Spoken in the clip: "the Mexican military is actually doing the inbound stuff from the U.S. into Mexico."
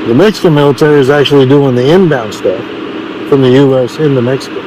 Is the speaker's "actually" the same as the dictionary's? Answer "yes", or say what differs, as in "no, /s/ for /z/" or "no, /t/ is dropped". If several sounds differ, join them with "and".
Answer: yes